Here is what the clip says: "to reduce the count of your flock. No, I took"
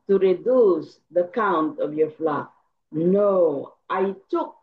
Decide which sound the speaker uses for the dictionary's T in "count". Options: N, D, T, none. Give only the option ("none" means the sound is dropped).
T